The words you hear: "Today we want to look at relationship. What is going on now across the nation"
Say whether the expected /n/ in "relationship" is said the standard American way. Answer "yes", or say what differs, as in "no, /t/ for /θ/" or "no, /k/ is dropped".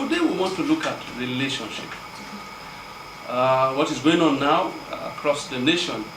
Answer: yes